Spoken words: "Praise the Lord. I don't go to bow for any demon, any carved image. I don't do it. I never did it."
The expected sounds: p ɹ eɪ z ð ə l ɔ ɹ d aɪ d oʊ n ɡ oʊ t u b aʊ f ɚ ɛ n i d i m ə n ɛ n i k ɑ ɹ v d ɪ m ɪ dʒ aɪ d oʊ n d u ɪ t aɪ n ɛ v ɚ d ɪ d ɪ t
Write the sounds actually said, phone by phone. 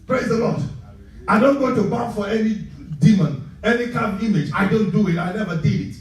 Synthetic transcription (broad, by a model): p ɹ eɪ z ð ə l ɔ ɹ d aɪ d oʊ n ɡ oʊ t u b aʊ f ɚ ɛ n i d i m ə n ɛ n i k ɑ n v ɪ m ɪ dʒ aɪ d oʊ n d u ɪ t aɪ n ɛ v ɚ d ɪ d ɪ t